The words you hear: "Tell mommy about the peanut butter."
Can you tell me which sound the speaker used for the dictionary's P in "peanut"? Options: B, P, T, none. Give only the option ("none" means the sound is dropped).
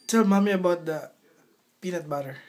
P